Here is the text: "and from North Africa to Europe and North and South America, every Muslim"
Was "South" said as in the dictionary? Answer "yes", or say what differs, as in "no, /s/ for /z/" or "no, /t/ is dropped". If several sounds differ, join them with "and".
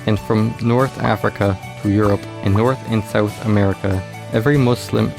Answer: yes